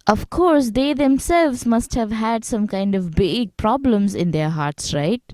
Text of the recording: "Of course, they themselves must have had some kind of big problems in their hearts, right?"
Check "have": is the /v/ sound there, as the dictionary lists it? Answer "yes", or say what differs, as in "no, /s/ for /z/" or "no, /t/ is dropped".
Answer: yes